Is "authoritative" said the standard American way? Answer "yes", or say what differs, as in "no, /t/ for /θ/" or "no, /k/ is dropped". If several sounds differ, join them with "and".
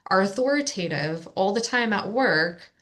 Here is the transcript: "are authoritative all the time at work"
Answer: yes